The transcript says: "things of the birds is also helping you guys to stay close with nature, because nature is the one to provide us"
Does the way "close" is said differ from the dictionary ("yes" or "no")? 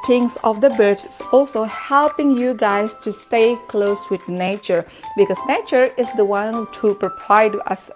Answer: no